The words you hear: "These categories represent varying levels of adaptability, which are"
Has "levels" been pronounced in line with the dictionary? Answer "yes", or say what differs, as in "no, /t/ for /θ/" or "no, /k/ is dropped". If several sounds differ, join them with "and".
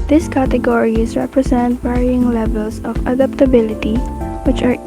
no, /s/ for /z/